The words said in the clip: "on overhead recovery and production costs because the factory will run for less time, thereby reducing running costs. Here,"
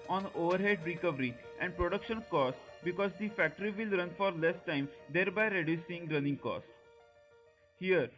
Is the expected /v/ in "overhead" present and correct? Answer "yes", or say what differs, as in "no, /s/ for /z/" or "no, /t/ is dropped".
yes